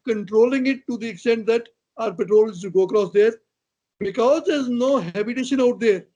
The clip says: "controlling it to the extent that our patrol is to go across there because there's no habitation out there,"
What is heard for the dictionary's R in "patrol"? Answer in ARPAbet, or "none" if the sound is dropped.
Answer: R